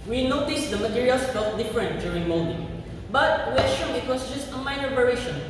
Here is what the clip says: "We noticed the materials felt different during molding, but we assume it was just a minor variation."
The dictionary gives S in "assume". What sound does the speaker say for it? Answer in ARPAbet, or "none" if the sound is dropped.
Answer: SH